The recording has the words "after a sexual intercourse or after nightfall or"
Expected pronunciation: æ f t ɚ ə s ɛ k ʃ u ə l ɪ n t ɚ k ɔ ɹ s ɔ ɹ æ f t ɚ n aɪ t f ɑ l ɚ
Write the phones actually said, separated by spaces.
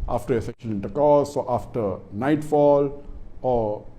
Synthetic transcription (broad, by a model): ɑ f t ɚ ə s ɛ k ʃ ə n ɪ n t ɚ k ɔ s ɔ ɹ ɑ f t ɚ n aɪ t f ɑ l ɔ